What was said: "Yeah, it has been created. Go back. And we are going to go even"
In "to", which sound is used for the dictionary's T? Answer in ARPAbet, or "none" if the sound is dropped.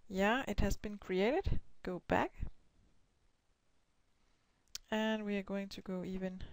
T